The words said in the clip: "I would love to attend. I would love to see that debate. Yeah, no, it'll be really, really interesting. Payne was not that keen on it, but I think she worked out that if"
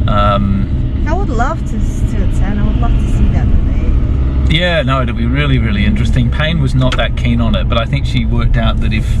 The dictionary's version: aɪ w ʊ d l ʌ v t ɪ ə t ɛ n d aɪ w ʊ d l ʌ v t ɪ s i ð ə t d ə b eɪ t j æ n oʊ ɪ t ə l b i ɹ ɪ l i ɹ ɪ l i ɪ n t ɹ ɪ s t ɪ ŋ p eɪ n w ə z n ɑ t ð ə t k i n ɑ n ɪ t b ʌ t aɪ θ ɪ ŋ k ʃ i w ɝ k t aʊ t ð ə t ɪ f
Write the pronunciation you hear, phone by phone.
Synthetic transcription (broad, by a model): aɪ w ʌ d l ʌ v t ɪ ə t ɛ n aɪ w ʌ d l ʌ v t ɪ s i ð ə t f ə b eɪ j æ n oʊ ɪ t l b i ɹ ɪ l i ɹ ɪ l i ɪ n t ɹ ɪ s t ɪ ŋ p eɪ n w ə z n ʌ t ð ə t k i n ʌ n ɪ t b ʌ t aɪ θ ɪ ŋ k ʃ i w ɝ k t aʊ t ð ə t ɪ f